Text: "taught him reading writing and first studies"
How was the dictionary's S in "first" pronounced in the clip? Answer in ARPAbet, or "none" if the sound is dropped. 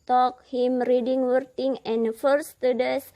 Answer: none